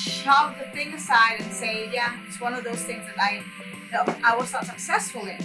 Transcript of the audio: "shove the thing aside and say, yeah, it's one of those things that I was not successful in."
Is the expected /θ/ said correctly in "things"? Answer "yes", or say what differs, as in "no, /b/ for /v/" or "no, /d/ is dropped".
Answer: yes